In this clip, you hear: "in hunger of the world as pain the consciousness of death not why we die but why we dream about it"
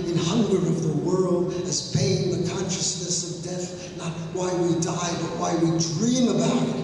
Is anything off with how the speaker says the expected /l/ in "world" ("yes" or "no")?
no